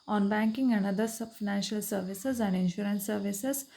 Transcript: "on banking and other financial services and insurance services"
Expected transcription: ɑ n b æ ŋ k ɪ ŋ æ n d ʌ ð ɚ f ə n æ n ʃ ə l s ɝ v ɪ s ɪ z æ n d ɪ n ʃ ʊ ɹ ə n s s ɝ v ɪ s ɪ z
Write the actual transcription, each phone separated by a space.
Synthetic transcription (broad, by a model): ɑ n b æ ŋ k ɪ ŋ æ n d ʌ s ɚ f ə n æ n ʃ ə l s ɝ v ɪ s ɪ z æ n d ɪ n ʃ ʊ ɹ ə n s s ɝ v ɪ s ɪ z